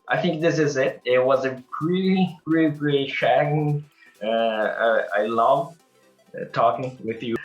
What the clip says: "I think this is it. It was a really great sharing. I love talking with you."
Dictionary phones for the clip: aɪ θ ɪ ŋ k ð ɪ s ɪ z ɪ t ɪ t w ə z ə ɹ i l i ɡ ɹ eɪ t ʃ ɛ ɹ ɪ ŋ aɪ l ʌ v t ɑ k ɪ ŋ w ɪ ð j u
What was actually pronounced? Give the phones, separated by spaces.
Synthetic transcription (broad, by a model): aɪ θ ɪ ŋ k ð ɪ s ɪ z ɪ t ɪ t w ə z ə ɹ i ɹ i ɡ ɹ eɪ t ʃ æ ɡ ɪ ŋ aɪ l ʌ v t ɑ k ɪ ŋ w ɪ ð j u